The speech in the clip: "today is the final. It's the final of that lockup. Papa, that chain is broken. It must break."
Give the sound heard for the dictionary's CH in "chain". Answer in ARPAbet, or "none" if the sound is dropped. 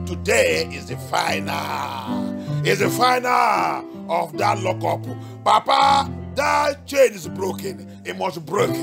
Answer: CH